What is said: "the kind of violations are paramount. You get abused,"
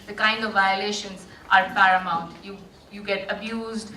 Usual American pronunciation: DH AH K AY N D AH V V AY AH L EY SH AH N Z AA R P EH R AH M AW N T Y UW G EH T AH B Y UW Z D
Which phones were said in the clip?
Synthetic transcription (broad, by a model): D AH K AY N D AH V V AY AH L EY SH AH N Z AA R F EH R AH M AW N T Y UW G EH T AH B Y UW Z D